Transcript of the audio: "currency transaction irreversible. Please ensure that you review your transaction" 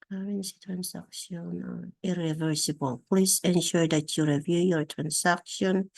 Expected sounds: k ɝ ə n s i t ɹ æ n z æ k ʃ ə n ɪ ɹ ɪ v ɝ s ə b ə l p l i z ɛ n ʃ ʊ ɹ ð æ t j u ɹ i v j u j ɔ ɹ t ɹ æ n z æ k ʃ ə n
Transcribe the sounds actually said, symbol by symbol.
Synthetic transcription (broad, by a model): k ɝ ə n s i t ɹ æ n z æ k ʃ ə n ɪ ɹ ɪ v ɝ s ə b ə l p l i s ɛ n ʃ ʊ ɹ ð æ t j u ɹ i v j u j ɔ ɹ t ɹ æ n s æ k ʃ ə n